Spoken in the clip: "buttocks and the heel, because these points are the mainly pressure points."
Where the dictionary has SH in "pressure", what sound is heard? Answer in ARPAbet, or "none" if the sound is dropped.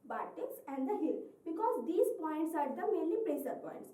S